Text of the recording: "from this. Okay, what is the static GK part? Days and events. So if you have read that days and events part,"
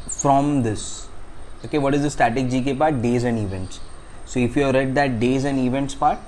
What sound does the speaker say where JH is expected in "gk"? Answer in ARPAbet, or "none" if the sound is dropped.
JH